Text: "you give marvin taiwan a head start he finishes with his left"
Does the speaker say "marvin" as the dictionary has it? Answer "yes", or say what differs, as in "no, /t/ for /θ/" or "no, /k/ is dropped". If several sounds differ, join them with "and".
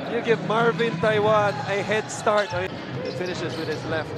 yes